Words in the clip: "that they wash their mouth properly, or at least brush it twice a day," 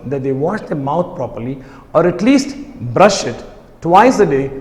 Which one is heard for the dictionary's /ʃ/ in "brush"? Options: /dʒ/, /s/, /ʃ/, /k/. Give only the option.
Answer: /ʃ/